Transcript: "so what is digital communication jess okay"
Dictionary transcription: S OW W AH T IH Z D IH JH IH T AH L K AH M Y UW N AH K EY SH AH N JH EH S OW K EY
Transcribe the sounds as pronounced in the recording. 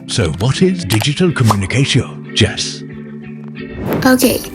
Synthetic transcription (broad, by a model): S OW W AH T IH Z D IH JH IH T AH L K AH M Y UW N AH K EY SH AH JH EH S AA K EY